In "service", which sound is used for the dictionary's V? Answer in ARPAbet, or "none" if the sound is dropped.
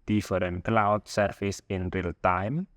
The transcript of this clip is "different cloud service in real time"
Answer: F